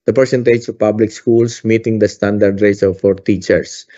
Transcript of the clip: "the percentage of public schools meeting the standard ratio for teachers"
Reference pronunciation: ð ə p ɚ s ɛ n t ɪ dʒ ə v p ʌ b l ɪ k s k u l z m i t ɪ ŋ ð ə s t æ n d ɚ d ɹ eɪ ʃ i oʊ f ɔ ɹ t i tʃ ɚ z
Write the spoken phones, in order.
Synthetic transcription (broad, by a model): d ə p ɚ s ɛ n t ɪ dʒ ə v p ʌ b l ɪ k s k u l s m i t ɪ ŋ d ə s t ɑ n d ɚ d ɹ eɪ s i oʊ f ɔ ɹ t i tʃ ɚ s